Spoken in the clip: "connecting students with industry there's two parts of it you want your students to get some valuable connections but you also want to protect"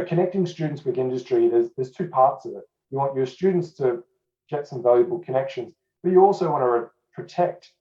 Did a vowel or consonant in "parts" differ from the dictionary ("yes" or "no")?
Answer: no